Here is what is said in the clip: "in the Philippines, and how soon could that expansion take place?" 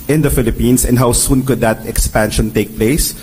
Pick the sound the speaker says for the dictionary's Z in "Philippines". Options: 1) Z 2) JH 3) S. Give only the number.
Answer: 3